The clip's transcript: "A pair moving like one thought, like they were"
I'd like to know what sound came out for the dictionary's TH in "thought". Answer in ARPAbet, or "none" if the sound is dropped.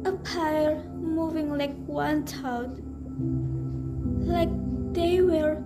T